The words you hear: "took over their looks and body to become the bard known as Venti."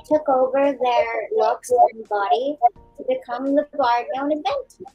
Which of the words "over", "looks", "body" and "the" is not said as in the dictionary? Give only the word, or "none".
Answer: looks